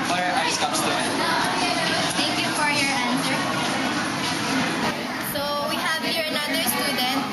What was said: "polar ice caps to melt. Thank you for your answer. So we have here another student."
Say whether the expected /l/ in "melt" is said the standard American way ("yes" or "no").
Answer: no